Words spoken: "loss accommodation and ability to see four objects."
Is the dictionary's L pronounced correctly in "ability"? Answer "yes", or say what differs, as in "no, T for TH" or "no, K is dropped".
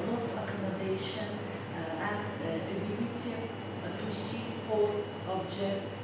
no, N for L